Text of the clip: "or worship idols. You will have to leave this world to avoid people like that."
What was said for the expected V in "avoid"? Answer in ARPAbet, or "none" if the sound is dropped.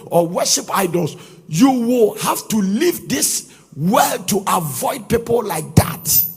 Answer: V